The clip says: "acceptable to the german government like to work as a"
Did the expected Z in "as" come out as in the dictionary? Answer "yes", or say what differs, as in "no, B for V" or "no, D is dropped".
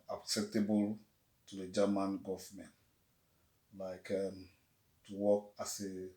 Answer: no, S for Z